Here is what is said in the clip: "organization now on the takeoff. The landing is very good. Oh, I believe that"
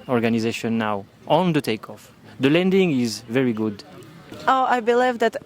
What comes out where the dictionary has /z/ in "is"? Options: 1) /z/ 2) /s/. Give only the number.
1